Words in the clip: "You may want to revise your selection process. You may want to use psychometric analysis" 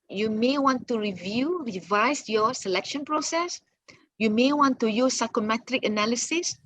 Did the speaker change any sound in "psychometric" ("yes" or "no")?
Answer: no